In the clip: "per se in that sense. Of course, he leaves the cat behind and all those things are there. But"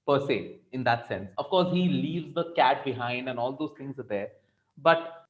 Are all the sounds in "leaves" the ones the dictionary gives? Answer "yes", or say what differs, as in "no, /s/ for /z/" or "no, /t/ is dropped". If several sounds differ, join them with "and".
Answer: yes